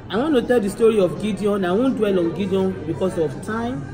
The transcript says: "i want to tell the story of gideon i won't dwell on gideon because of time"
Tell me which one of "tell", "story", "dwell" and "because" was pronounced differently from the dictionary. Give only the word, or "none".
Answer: because